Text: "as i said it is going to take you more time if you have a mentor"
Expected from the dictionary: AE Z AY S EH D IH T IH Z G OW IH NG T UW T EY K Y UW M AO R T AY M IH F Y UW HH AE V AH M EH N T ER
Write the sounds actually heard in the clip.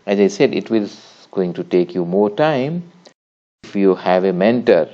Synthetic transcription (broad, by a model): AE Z AY S EH D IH T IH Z G OW IH NG T UW T EY K Y UW M AO R T AY M IH F Y UW HH AE V AH M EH N T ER